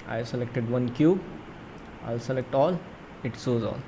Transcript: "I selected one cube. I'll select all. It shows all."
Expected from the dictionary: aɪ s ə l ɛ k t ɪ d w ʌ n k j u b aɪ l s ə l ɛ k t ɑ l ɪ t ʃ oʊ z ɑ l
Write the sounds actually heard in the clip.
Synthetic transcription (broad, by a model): aɪ s ə l ɛ k t ɪ d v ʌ n k j u b aɪ l s ə l ɛ k t ɑ l ɪ t s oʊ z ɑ l